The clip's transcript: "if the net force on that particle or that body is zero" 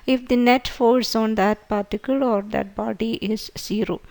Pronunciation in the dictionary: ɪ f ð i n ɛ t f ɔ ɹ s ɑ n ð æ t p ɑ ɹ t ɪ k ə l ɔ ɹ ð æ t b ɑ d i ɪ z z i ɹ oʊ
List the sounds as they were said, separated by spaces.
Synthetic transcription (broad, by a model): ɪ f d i n ɛ t f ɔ l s ɑ n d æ t p ɑ ɹ t ɪ k ə l ɔ ɹ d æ t b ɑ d i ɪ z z i ɹ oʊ